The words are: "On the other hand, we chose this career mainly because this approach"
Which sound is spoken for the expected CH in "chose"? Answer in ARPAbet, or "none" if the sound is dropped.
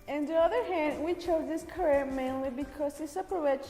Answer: CH